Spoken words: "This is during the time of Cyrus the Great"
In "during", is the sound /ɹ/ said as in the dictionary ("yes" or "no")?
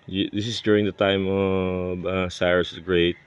yes